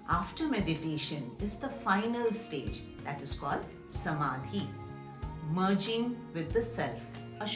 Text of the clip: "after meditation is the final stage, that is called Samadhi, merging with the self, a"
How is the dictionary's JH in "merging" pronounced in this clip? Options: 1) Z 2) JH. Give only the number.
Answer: 2